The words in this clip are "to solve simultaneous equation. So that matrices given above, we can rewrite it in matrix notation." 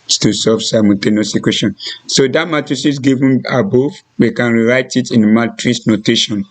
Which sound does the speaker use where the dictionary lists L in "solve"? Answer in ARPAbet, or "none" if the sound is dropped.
none